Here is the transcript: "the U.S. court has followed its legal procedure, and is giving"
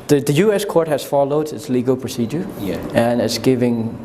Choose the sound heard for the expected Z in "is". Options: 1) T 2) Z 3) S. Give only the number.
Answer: 3